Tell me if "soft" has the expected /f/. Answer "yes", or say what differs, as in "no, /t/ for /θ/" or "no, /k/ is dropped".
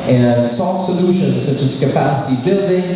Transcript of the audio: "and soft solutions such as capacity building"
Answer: no, /f/ is dropped